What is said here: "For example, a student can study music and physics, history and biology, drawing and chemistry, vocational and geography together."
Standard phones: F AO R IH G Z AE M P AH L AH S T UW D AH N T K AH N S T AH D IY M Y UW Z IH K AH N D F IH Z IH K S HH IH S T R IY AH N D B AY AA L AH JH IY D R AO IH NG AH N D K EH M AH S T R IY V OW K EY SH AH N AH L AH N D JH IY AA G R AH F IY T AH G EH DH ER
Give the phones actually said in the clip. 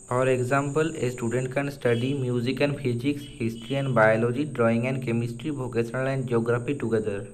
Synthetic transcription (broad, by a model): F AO R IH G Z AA M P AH L AH S T UW D AH N T K AH N S T AH D IY M Y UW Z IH K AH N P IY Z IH K S HH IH S T R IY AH N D B AY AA L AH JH IY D R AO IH NG AH N D K EH M AH S T R IY B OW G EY S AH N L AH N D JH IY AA G R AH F IY T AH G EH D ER